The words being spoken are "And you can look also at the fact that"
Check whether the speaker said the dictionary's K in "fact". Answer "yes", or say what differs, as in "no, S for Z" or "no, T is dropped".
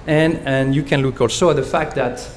yes